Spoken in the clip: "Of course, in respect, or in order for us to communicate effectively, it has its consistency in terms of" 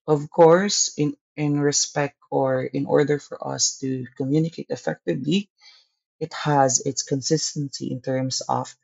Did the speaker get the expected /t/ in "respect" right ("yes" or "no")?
yes